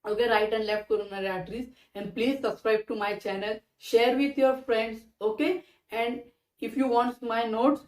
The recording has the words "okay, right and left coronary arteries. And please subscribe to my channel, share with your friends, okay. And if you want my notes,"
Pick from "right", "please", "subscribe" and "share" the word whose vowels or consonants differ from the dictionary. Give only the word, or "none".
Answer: none